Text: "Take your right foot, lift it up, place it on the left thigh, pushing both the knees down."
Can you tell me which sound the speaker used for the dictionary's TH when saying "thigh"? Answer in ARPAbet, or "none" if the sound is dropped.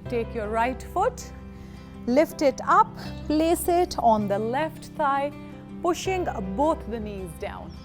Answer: S